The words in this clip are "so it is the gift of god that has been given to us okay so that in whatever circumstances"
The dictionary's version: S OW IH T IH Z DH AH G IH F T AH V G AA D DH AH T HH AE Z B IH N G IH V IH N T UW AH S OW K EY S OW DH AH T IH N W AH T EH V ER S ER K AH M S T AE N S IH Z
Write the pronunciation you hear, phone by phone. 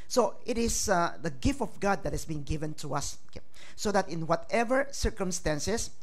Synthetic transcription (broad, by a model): S OW IH T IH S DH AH G IH F T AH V G AA D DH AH T HH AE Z B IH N G IH V IH N T UW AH S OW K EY S OW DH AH T IH N W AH T EH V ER S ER K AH M S T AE N S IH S